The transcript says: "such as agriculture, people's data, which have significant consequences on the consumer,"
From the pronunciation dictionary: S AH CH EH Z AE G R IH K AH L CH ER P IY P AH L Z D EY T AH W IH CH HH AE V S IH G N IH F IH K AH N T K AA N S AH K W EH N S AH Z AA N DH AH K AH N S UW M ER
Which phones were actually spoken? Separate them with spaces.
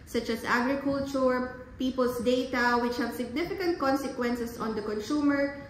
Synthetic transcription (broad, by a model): S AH CH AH S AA G R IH K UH L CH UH P IY P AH L S D EY T AH W IH CH HH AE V S IH G N IH F IH K AH N T K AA N S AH K W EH N S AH S AA N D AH K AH N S UW M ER